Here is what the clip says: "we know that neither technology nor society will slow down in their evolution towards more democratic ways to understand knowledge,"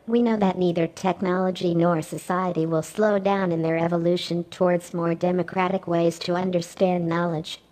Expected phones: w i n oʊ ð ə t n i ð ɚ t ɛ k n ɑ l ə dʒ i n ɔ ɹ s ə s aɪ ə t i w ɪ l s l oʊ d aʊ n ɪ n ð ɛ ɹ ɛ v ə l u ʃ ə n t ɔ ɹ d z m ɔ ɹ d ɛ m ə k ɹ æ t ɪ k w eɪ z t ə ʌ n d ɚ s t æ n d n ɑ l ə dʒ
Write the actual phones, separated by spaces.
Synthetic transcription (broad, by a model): w i n oʊ ð ə t n i ð ɚ t ɛ k n ɑ l ə dʒ i n ɔ ɹ s ə s aɪ ə t i w ɪ l s l oʊ d aʊ n ɪ n ð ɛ ɹ ɛ v ə l u ʃ ə n t ɔ ɹ d z m ɔ ɹ d ɛ m ə k ɹ æ t ɪ k w eɪ z t ə ʌ n d ɚ s t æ n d n ɑ l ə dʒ